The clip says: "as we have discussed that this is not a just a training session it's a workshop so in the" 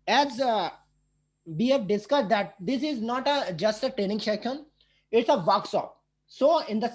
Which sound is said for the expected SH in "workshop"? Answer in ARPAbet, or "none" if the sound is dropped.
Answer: S